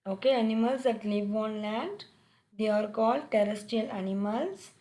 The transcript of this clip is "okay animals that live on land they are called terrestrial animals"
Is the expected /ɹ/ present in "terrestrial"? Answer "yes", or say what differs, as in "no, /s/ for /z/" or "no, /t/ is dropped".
no, /ɹ/ is dropped